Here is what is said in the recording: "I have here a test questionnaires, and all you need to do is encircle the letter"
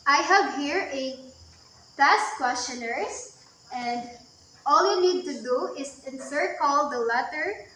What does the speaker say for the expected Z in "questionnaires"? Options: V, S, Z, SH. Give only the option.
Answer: S